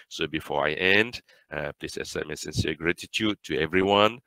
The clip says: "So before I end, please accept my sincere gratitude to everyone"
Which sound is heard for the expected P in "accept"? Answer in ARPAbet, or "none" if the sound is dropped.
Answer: none